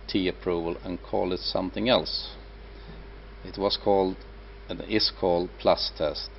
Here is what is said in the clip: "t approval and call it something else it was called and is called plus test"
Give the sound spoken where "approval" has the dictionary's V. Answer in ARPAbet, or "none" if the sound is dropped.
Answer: V